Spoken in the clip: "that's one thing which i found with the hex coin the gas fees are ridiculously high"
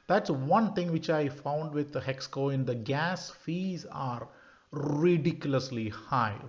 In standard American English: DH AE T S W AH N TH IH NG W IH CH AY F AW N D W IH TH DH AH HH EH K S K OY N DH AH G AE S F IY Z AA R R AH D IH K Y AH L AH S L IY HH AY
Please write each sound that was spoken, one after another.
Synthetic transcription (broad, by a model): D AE T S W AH N T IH NG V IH CH AY F AW N D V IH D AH HH EH K S K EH N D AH G AE S F IY Z AA R R AH D IH K Y AH L AH S L IY HH AY